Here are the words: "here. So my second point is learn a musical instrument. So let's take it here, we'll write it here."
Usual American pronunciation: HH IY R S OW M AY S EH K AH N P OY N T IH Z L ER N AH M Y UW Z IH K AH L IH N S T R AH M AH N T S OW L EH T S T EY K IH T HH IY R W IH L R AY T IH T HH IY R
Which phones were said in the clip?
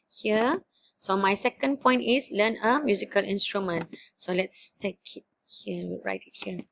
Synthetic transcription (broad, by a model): HH IY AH S OW M AY S EH K AH N P OY N T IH S L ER N AH M Y UW Z IH K AH L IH N S T R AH M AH N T S OW L EH T S T EY K IH T HH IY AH R AY T IH T HH IY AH